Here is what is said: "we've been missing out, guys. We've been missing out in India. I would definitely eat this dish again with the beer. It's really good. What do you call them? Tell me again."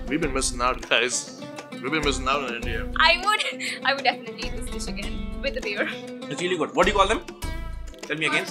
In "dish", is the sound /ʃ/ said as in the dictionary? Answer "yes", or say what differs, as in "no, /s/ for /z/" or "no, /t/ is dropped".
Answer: no, /s/ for /ʃ/